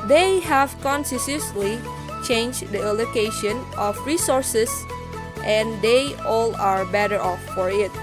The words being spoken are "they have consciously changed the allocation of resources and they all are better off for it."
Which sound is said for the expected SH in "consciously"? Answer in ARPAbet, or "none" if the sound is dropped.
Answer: S